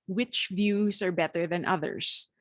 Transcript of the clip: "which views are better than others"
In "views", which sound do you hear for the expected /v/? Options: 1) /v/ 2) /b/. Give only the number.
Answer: 1